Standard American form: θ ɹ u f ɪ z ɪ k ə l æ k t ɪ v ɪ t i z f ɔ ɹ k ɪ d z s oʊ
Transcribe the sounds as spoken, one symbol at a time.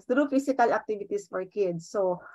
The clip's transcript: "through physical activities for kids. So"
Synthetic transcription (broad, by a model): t ɹ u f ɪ s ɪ k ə l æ k t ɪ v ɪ t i s f ɔ ɹ k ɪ d s oʊ